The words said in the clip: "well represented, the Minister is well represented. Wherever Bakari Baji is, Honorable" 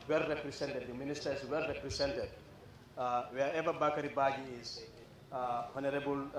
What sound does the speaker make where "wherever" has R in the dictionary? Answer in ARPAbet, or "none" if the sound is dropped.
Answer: none